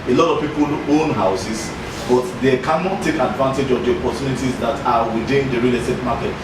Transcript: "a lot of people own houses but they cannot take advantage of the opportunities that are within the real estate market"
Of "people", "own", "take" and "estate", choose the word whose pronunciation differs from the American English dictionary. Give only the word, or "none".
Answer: estate